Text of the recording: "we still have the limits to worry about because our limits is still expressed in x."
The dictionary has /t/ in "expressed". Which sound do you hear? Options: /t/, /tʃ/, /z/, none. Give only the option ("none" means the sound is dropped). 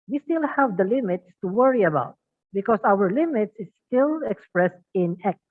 /t/